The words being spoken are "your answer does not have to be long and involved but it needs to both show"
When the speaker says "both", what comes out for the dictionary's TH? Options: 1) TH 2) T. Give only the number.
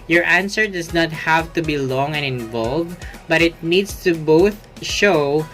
1